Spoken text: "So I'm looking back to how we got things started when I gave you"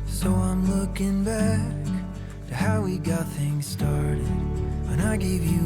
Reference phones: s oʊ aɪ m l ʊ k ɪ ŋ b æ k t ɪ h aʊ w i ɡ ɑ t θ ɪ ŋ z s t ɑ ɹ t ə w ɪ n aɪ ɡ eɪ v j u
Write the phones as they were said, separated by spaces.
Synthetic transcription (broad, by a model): s oʊ aɪ m l ʊ k ɪ ŋ b æ k t ɪ h aʊ w i ɡ ɑ t θ ɪ ŋ z s t ɑ ɹ t ə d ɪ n aɪ ɡ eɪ v j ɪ